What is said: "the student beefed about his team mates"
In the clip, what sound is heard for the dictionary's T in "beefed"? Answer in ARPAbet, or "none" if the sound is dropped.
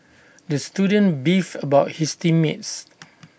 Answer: none